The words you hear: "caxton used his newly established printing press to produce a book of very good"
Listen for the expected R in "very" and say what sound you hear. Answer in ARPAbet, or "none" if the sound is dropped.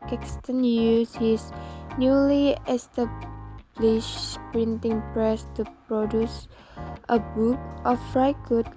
none